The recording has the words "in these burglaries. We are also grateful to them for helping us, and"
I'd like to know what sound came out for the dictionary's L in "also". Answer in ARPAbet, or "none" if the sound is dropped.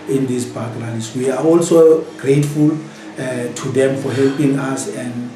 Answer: L